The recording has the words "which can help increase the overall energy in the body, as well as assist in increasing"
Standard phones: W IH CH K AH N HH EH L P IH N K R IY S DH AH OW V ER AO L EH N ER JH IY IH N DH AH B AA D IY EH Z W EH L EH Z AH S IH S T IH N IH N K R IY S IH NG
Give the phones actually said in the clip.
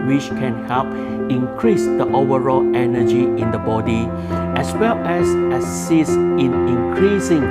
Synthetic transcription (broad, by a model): W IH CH K AH N HH EH L P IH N K R IY S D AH OW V ER AO L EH N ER JH IY IH N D AH B AA D IY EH S W EH L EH S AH S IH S IH N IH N K R IY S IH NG